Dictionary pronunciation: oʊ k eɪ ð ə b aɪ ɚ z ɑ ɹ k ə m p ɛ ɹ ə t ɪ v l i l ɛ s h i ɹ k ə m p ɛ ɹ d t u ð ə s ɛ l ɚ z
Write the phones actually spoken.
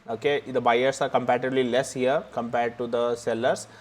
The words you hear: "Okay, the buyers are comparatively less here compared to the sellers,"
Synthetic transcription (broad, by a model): oʊ k eɪ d ə b aɪ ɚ s ɑ ɹ k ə m p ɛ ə t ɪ b l i l ɛ s h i ɹ k ə m p ɛ ɹ d t u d ə s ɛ l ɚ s